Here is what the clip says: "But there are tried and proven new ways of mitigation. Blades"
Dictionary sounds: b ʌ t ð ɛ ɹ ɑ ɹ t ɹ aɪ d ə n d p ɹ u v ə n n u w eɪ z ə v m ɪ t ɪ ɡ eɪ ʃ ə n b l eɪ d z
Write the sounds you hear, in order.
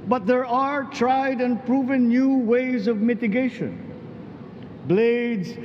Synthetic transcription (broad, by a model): b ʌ t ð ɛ ɹ ɑ ɹ t ɹ aɪ d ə n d p ɹ u v ə n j u w eɪ z ə v m ɪ t ɪ ɡ eɪ ʃ ə n b l eɪ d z